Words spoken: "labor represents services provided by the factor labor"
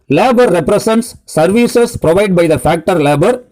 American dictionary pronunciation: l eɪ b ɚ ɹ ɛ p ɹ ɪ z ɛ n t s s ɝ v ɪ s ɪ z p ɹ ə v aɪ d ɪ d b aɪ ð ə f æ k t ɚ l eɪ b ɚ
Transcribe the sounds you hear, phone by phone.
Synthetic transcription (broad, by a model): l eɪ b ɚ ɹ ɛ p ɹ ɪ s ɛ n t s s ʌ v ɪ s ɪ s p ɹ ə v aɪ ɪ d b aɪ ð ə f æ k t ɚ l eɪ b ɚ